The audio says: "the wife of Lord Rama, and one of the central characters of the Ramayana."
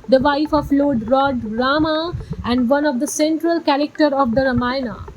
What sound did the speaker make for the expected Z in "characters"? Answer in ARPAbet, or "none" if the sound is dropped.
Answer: none